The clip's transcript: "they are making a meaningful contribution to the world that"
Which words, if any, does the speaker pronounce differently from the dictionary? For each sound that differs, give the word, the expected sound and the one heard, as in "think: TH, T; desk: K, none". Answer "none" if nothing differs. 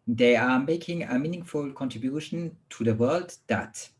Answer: none